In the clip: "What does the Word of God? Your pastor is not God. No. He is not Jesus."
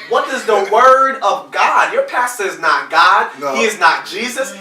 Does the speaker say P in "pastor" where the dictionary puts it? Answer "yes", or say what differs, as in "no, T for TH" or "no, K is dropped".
yes